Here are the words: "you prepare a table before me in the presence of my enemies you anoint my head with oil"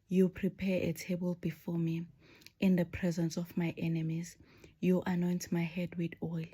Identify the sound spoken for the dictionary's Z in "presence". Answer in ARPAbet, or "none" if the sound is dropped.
Z